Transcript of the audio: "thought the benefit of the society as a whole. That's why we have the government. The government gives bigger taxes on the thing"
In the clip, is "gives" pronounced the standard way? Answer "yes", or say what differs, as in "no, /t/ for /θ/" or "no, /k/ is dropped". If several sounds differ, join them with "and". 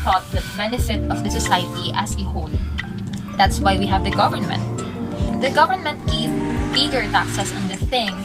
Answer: no, /z/ is dropped